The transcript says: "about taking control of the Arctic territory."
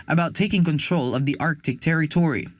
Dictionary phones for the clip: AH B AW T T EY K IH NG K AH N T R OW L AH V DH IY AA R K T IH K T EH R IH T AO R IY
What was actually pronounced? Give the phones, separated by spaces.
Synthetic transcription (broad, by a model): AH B AW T T EY K IH NG K AH N T R OW L AH V DH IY AA R K T IH K T EH R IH T AO R IY